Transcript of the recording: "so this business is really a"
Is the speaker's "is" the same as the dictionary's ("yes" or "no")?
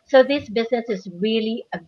yes